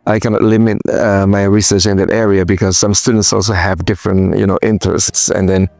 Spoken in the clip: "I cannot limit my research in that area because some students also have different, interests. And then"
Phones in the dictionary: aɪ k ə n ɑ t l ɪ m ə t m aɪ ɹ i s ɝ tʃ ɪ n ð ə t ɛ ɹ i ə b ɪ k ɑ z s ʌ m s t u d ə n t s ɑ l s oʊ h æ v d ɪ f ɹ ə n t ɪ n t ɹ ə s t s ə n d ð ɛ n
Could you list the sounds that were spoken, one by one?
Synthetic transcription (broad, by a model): aɪ k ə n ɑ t l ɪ m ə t m aɪ ɹ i s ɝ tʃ ɪ n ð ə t ɛ ɹ i ə b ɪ k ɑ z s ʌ m s t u d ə n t s ɑ l s oʊ h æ v d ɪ f ɹ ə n t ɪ n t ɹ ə s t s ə n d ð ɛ n